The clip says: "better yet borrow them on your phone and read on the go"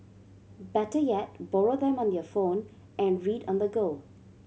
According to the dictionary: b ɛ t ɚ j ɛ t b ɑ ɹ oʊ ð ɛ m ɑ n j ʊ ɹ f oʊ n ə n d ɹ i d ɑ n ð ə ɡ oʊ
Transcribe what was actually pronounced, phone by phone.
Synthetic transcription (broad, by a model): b ɛ t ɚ j ɛ t b ɑ ɹ oʊ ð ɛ m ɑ n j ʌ f oʊ n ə n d ɹ i d ɑ n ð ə ɡ oʊ